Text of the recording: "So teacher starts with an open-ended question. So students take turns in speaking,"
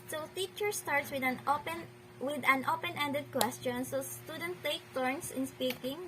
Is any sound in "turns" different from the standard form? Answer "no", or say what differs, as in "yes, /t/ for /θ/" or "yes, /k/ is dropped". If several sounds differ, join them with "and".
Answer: yes, /s/ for /z/